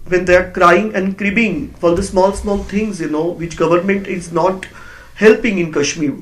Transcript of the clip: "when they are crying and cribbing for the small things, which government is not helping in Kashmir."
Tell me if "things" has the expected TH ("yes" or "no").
no